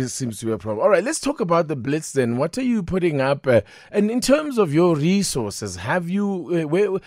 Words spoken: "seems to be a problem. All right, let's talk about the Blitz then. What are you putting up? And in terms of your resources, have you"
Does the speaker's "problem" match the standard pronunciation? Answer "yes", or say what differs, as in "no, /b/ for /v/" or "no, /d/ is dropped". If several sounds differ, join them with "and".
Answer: no, /m/ is dropped